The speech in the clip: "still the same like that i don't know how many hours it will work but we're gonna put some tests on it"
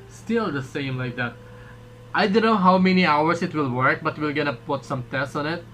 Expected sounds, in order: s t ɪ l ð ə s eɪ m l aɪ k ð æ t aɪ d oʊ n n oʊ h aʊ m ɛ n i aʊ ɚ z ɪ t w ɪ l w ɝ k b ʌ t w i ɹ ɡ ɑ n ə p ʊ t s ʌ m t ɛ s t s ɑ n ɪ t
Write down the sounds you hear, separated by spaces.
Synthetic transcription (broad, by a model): s t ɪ l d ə s eɪ m l aɪ k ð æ t aɪ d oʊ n n oʊ h aʊ m ɛ n i aʊ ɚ s ɪ t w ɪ l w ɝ k b ʌ t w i l ɡ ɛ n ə p ʊ t s ʌ m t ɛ s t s ɑ n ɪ t